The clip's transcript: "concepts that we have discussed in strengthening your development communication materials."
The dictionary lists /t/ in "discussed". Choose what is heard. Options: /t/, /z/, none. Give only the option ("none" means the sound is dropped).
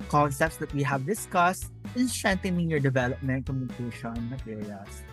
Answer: /t/